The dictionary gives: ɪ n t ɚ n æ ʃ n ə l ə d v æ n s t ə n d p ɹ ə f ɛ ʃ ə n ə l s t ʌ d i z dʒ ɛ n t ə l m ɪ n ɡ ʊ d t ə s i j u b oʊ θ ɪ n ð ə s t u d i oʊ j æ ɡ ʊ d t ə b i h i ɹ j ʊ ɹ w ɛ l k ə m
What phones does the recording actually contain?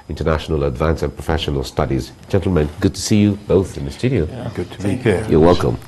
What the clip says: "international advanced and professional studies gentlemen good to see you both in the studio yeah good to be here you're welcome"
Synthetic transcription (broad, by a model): ɪ n t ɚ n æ ʃ n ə l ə d v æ n s ə n p ɹ ə f ɛ ʃ ə n ə l s t ʌ d i z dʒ ɛ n t l m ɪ n ɡ ʊ d t ə s i j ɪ b oʊ θ ɪ n ð ə s t u d i oʊ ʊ ɡ ʊ d t ə b i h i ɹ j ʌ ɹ w ɛ l k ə m